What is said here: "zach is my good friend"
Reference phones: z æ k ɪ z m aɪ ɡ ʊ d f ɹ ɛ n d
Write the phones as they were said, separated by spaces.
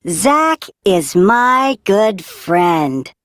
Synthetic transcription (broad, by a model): z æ k ɪ z m aɪ ɡ ʊ d f ɹ ɛ n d